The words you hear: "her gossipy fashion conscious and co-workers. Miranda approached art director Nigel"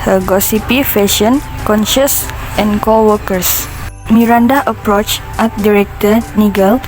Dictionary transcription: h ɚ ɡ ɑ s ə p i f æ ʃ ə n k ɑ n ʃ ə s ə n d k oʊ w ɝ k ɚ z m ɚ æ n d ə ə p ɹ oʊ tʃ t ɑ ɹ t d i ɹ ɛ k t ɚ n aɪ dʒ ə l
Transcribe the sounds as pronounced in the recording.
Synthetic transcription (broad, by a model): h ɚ ɡ ɑ s ə p i f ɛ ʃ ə n k ɑ n ʃ ə s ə n k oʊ w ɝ k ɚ s m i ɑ n d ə ə p ɹ oʊ tʃ t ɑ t d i ɹ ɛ k t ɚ n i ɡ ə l